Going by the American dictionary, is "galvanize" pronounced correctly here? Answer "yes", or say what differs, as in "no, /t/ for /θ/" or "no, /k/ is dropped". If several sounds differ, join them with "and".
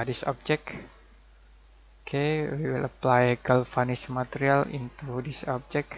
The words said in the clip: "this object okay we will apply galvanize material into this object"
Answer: no, /f/ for /v/ and /s/ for /z/